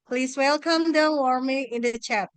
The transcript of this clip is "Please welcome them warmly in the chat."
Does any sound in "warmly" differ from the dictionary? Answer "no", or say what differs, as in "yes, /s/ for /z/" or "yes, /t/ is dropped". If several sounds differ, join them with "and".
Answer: yes, /l/ is dropped